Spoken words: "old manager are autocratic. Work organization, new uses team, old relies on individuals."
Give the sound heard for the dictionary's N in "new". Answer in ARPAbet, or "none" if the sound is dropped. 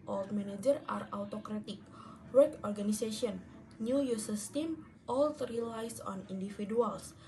N